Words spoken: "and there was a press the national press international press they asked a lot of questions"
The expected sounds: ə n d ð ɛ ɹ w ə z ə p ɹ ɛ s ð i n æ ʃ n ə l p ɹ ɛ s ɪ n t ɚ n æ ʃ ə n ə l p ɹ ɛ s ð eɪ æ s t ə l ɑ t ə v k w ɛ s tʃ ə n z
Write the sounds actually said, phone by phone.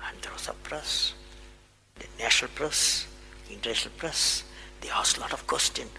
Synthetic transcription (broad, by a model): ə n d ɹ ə s ə p ɹ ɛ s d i n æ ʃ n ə l p ɹ ɛ s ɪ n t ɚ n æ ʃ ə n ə l p ɹ ɛ s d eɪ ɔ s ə l ɑ t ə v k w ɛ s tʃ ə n